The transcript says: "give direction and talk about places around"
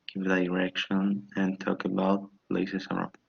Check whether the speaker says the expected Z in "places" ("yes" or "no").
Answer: no